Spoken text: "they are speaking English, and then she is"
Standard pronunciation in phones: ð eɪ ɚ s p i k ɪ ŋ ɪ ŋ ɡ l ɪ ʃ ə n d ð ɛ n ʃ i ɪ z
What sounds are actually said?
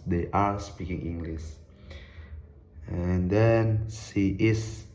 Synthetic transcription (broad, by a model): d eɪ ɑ s p i k ɪ ŋ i ŋ ɡ l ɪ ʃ ə n d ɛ n s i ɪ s